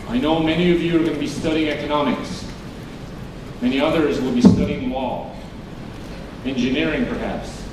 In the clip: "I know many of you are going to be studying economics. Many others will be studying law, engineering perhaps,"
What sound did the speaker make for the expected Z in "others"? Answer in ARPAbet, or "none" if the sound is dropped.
Z